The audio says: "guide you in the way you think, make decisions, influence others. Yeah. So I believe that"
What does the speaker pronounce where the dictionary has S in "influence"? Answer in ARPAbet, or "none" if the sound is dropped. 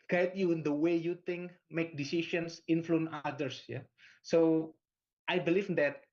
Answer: none